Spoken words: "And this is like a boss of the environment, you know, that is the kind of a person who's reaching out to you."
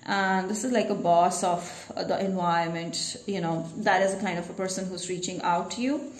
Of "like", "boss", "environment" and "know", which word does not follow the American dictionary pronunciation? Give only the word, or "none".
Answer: environment